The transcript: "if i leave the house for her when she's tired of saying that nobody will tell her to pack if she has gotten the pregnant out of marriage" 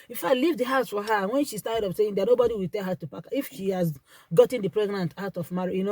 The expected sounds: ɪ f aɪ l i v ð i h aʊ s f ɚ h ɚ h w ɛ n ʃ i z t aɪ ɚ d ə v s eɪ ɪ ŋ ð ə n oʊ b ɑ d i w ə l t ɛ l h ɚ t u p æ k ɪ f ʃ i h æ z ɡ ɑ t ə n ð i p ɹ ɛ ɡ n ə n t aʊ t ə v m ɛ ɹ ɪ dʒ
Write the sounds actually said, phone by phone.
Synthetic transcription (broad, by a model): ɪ f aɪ l i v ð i h aʊ s f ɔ h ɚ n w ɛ n ʃ i s t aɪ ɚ d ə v s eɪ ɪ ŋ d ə n oʊ b ɑ d i w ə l t ɛ l h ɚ t u p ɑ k ɪ f ʃ i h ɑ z ɡ ɑ t ə n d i p ɹ ɛ ɡ n ə n t aʊ t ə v m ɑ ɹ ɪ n